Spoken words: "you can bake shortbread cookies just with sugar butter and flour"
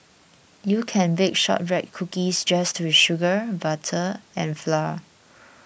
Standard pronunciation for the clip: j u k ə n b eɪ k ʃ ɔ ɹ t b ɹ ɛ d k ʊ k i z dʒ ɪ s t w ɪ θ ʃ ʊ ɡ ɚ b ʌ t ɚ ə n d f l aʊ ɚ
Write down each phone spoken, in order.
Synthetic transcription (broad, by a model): j u k ə n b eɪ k ʃ ɔ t ɹ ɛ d k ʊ k i s dʒ ɪ s t w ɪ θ ʃ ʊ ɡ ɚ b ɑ t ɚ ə n f l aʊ